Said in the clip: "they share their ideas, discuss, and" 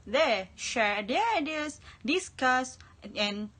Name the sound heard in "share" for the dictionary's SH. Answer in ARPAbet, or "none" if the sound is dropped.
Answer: SH